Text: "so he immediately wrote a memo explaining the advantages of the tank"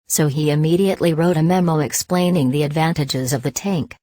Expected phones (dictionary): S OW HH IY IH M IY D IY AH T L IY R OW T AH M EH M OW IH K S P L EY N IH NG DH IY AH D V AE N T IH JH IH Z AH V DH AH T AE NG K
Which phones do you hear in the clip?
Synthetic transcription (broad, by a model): S OW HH IY IH M IY D IY AH T L IY R OW T AH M EH M OW IH K S P L EY N IH NG DH IY AH D V AE N T IH JH IH Z AH V DH AH T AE NG K